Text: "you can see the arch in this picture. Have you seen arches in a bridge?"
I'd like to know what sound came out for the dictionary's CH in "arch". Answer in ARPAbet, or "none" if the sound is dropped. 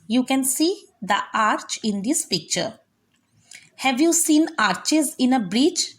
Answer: CH